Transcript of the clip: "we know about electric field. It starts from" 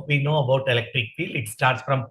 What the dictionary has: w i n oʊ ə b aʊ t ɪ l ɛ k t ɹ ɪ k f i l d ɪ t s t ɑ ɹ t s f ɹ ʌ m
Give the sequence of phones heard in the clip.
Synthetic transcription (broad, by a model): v i n oʊ ə b aʊ t ɪ l ɛ k t ɹ ɪ k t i l ɪ t s t ɑ ɹ t s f ɹ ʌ m